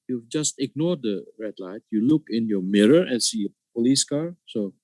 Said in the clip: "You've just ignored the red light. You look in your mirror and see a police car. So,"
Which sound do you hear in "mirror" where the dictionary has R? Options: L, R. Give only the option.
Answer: R